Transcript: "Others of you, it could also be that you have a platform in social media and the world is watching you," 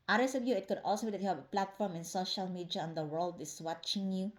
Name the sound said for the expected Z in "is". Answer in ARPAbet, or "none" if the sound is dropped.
S